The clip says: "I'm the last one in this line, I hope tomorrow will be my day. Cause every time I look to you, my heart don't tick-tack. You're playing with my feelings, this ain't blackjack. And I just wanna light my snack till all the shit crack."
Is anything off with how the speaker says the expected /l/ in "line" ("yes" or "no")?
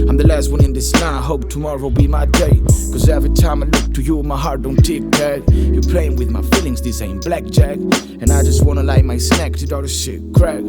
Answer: yes